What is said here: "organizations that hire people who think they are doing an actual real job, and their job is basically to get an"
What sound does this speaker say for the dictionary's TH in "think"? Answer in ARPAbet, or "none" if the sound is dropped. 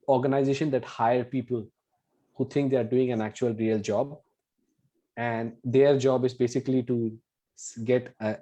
T